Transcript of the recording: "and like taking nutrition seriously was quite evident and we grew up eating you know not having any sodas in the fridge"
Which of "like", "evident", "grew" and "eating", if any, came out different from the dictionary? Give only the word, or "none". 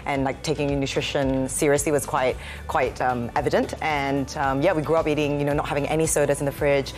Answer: none